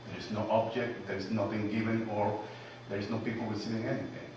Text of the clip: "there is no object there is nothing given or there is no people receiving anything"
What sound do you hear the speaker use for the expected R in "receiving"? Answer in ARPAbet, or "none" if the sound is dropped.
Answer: W